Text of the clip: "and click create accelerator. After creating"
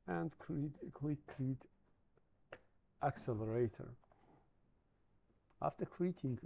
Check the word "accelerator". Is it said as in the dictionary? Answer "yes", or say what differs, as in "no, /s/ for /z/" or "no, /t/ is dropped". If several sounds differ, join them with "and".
yes